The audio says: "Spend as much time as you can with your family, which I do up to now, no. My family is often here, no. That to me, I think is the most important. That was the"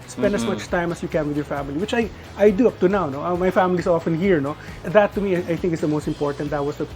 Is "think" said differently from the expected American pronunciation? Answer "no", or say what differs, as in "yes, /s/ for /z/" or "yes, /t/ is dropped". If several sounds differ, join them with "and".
no